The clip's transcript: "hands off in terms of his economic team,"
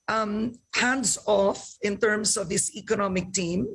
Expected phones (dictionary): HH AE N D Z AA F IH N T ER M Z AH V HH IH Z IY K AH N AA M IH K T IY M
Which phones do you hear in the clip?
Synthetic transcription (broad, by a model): HH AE N D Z AA F IH N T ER M S AH V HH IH S IY K AH N AA M IH K T IY M